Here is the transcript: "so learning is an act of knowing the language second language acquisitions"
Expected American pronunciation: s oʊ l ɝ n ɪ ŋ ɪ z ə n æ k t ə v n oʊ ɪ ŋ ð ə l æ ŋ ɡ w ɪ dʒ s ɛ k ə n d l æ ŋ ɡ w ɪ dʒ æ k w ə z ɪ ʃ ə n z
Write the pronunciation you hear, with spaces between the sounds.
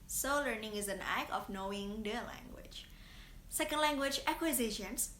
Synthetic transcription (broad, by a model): s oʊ l ɝ n ɪ ŋ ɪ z ə n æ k ə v n oʊ ɪ ŋ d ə l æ ŋ ɡ w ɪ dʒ s ɛ k ə n d l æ ŋ ɡ w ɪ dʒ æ k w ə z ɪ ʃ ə n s